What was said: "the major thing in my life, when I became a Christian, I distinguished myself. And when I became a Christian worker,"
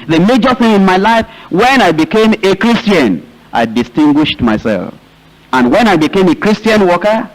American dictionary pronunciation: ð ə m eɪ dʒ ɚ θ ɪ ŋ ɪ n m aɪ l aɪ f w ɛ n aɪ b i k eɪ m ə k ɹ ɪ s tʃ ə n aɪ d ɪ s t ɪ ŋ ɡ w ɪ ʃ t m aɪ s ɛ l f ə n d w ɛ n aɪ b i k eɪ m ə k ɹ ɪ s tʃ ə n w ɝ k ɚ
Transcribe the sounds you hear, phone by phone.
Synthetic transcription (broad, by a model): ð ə m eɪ dʒ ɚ θ ɪ ŋ ɪ n m aɪ l aɪ f w ɛ n aɪ b i k eɪ m ə k ɹ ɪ s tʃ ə n aɪ d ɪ s t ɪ ŋ ɡ w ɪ ʃ t m aɪ s ɛ l f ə n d w ɛ n aɪ b i k eɪ m ə k ɹ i s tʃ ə n w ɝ k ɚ